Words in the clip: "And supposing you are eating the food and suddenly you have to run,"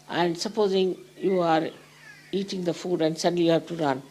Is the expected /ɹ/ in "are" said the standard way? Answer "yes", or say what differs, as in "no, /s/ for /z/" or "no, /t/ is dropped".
yes